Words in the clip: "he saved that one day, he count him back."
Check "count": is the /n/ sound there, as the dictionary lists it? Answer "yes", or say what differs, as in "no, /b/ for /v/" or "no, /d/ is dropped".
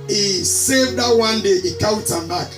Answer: no, /n/ is dropped